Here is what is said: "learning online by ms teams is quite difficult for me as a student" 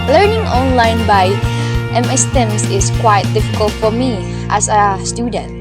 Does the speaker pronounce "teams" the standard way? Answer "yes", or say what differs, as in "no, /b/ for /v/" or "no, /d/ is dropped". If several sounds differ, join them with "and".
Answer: no, /s/ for /z/